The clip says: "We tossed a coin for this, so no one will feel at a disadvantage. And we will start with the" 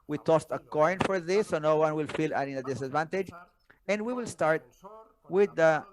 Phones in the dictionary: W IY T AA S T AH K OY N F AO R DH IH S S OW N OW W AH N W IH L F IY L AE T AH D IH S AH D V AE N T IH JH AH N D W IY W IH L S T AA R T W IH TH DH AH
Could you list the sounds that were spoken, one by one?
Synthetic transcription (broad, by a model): W IY T AA S T AH K OY N F AO R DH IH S S OW N OW W AH N W IH L F IY L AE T AH D IH S AH D V AE N T IH JH AH N D W IY W IH L S T AA R T W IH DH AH